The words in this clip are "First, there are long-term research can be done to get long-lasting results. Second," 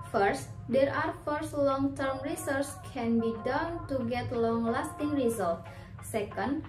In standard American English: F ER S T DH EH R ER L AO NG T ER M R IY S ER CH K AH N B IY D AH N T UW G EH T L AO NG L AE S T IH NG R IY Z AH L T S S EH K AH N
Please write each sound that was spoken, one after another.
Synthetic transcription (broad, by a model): F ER S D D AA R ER L AO NG T ER M R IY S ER S K AH N B IY D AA N T UW G EH T L AO NG L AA S T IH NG R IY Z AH L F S S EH K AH N